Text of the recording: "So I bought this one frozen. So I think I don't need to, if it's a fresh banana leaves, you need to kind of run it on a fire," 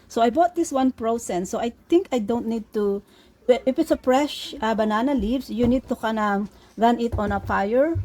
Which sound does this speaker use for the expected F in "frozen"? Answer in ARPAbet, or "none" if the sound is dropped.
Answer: P